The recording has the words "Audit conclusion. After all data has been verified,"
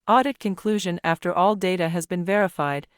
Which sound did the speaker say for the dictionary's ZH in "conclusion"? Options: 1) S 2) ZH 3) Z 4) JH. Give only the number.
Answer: 2